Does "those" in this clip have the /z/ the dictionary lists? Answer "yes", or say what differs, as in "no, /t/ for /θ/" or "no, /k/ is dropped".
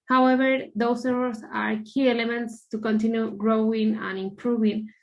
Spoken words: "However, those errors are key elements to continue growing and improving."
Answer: no, /s/ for /z/